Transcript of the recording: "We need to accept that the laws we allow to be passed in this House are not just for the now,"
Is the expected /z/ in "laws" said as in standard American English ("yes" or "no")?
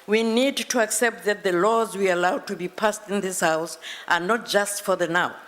yes